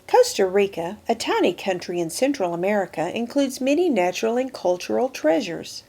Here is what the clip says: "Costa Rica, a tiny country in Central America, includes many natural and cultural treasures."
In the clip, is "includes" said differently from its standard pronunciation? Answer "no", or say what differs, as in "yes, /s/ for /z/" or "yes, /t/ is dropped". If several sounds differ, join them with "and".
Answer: no